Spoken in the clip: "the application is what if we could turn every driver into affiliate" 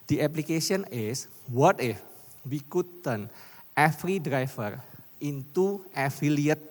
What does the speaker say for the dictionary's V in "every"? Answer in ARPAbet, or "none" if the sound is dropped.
F